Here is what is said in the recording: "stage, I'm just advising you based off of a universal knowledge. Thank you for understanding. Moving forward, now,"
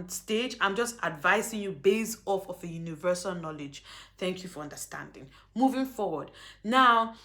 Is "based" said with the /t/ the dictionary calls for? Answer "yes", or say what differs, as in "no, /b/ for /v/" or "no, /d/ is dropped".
no, /t/ is dropped